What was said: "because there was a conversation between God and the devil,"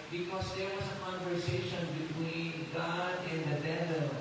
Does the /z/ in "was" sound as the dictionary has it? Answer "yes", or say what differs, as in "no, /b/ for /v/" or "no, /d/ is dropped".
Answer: no, /s/ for /z/